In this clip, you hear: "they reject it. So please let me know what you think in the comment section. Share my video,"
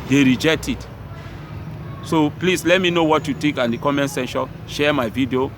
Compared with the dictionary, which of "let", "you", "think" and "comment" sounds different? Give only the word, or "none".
think